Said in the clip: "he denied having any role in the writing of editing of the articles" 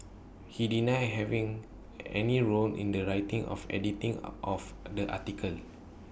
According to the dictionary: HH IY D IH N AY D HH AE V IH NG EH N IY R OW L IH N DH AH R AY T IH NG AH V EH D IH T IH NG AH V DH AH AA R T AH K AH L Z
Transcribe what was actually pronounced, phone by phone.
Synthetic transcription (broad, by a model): HH IY D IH N AY HH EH V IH NG EH N IY R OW N IH N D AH R AY T IH NG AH F EH D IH T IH NG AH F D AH AA T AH K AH L